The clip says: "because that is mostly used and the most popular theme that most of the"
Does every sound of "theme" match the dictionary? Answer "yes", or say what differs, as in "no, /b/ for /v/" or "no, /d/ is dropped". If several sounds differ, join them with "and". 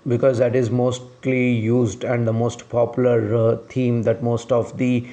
no, /t/ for /θ/